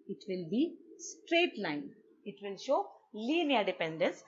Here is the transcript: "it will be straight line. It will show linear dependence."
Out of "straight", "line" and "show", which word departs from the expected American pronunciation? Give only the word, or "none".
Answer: none